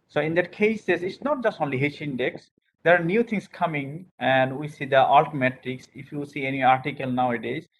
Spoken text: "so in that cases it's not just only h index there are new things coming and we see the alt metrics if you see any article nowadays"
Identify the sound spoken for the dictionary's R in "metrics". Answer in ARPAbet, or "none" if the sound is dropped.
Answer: none